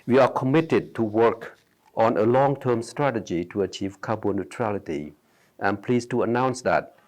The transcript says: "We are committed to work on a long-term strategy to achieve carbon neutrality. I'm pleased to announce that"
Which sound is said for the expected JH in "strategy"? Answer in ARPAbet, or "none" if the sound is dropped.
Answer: JH